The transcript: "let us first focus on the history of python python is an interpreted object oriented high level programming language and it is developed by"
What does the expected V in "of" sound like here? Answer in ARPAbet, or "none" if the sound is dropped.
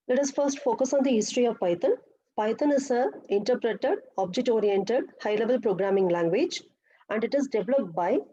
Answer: V